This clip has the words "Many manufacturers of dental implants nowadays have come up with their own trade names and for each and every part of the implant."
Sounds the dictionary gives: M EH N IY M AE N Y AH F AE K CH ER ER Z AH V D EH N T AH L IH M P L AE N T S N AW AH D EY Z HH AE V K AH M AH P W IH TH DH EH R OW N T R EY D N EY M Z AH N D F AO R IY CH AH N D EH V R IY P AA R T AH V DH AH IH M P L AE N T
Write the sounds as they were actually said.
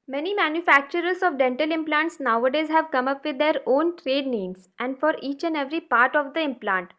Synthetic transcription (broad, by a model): M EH N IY M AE N Y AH F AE K CH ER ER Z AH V D EH N T AH L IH M P L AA N T S N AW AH D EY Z HH AE V K AH M AH P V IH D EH R OW N T R EY D N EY M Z AH N D F AO R IY CH AH N D EH V R IY P AA R T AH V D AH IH M P L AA N T